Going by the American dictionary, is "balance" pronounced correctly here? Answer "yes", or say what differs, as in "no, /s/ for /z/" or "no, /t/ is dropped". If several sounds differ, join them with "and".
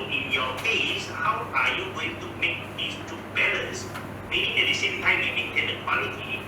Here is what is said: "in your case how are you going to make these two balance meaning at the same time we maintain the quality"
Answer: no, /n/ is dropped